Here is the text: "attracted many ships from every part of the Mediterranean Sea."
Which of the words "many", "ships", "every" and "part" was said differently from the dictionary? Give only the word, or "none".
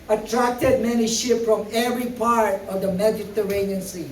ships